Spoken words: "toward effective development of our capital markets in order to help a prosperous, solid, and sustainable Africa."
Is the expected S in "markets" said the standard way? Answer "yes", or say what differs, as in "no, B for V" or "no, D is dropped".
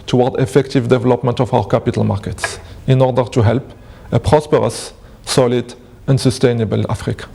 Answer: yes